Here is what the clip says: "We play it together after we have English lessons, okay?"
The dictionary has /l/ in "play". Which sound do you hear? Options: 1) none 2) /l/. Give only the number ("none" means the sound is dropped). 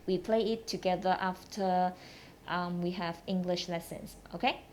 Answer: 2